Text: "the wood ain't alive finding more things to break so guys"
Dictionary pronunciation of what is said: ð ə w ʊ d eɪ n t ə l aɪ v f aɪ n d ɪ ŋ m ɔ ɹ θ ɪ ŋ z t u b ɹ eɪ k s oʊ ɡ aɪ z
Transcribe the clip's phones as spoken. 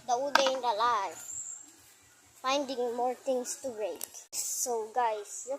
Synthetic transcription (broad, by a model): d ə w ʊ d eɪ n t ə l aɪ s f aɪ n d ɪ ŋ m ɔ ɹ t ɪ ŋ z t u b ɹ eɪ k s oʊ ɡ aɪ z